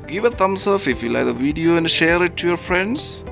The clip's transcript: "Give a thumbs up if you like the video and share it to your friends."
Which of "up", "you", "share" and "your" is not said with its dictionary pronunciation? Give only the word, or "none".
up